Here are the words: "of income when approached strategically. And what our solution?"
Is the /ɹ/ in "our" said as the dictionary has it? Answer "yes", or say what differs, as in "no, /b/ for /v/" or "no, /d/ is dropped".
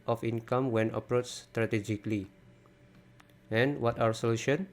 no, /w/ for /ɹ/